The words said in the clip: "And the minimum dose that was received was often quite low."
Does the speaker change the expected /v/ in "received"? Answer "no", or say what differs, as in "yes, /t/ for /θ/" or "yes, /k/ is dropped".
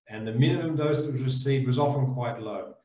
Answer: yes, /v/ is dropped